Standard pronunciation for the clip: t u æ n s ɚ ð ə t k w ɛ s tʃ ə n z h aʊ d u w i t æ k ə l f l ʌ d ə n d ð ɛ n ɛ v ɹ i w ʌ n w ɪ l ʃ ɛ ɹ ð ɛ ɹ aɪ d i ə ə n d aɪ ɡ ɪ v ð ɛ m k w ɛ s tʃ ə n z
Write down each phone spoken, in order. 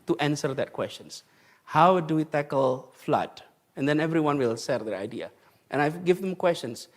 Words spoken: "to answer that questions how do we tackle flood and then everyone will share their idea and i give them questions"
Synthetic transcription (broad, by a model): t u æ n s ɚ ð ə t k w ɛ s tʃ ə n s h aʊ d u w i t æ k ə l f l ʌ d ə n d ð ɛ n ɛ v ɹ i w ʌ n w ɪ l s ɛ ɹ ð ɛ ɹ aɪ d i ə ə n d aɪ ɡ ɪ v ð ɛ m k w ɛ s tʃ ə n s